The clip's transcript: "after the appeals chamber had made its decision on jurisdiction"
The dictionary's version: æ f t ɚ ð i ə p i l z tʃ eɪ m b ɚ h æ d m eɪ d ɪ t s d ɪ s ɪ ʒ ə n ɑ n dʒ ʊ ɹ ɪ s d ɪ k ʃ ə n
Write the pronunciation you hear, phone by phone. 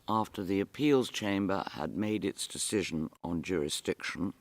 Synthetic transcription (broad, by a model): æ f t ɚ ð i ə p i l z tʃ eɪ m b ɚ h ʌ d m eɪ d ɪ t s d ɪ s ɪ ʒ ə n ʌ n dʒ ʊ ɹ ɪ s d ɪ k ʃ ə n